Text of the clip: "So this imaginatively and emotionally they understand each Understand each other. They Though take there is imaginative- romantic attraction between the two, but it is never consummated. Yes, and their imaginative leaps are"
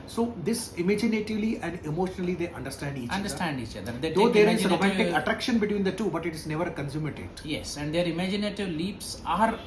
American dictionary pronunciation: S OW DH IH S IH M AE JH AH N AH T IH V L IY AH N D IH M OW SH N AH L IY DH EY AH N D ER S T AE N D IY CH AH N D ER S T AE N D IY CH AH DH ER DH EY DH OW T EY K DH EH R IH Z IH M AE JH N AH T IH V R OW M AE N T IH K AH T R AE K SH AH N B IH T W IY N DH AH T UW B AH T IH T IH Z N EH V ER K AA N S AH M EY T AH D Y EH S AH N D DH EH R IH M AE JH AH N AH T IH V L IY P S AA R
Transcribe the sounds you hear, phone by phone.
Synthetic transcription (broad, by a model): S OW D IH S IH M AE JH AH N AH T IH V L IY AH N D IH M OW SH N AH L IY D EY AH N D ER S T AE N D IY CH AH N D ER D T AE N D IY CH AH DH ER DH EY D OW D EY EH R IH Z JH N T R OW M AE N T IH K AH T R AE K SH AH N B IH T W IY N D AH T UW B AH T IH T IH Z N EH V ER K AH N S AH M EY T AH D Y EH S AH N D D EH R IH M AE JH AH N AH T IH V L IY P S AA R